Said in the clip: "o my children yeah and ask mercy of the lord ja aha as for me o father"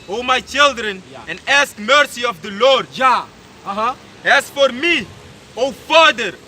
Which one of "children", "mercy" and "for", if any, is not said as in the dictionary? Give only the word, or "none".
none